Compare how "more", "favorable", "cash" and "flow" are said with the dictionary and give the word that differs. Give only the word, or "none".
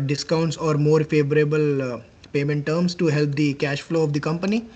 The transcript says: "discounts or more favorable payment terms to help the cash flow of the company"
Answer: none